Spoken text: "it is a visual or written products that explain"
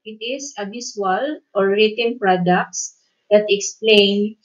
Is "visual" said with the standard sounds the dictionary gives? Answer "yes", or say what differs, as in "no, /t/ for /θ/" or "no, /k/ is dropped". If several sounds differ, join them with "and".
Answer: no, /b/ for /v/